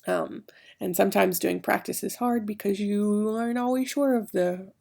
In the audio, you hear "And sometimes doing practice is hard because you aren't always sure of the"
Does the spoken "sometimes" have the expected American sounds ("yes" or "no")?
yes